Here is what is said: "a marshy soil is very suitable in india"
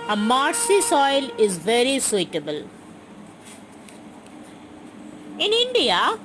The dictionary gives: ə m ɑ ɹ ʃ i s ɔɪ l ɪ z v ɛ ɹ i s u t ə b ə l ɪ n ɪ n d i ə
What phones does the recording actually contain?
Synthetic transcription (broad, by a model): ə m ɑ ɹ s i s ɔɪ l ɪ z v ɛ ɹ i s u t ə b ə l ɪ n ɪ n d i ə